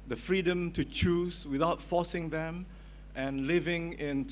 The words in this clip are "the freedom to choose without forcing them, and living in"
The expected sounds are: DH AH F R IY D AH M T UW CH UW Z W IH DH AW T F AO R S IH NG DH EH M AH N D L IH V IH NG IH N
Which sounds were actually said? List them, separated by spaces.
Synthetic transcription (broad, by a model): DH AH F R IY D AH M T UW CH UW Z W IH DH AW T F AO S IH NG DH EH M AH N L IH V IH NG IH N